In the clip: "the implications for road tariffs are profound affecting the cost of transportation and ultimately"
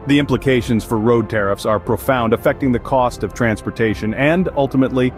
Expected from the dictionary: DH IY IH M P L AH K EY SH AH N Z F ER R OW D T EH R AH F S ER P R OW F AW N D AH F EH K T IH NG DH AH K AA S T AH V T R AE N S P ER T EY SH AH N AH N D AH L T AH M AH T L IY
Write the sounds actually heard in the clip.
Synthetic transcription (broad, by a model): DH IY IH M P L AH K EY SH AH N Z F ER R OW D T EH R AH F S ER P R OW F AW N D AH F EH K T IH NG DH AH K AA S T AH V T R AE N S P ER T EY SH AH N AH N D AH L T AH M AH T L IY